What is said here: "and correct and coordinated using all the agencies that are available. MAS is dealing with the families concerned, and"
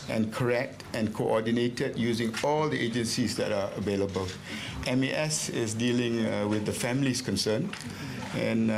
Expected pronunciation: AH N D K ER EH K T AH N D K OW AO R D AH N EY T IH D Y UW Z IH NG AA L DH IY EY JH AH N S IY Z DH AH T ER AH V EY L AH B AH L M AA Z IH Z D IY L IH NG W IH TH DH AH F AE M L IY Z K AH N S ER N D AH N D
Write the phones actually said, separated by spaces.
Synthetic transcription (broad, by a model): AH N K ER EH K T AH N K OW AO D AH N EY T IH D Y UW Z IH NG AA L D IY EY JH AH N S IY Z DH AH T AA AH V EY L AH B AH L M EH S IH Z D IY L IH NG W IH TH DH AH F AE M L IY S K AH N S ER N AH N